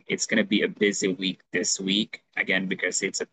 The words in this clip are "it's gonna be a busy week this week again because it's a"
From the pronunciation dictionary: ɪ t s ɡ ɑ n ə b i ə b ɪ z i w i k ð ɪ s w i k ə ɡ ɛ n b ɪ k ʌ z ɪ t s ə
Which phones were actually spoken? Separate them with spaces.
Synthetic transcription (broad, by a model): ɪ t s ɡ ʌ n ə b i ə b ɪ z i w i k ð ɪ s w i k ə ɡ ɛ n b ɪ k ʌ z ɪ t s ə